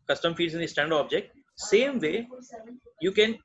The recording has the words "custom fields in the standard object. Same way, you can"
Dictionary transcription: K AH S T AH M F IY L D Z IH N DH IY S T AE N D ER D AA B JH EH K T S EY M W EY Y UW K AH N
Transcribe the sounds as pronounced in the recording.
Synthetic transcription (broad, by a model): K AH S T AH M F IY D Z IH N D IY S T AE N D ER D AA B JH EH K T S EY M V EY Y UW K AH N